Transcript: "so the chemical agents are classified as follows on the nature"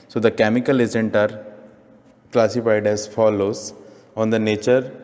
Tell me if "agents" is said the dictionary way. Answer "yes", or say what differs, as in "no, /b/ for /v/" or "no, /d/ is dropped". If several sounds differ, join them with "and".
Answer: no, /s/ is dropped